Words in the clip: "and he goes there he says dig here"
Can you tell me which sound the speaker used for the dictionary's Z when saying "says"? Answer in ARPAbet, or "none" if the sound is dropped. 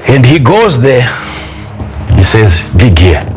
Z